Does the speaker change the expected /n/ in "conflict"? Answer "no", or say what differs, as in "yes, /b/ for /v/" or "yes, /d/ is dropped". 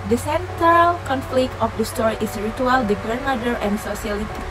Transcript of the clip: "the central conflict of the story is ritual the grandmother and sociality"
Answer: no